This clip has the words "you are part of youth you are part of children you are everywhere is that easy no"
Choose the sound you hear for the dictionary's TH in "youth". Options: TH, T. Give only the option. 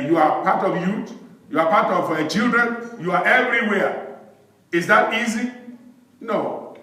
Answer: T